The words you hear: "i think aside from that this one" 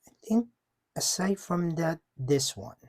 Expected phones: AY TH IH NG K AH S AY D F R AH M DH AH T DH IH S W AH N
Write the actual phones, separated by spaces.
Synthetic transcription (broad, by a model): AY TH IH NG K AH S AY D F R AH M DH AH T DH IH S W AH N